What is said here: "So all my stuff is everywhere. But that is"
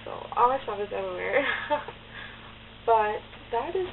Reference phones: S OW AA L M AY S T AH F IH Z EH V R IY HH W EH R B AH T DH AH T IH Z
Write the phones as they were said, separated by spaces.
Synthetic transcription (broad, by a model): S OW AA L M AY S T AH IH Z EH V IY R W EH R B AH T DH AH T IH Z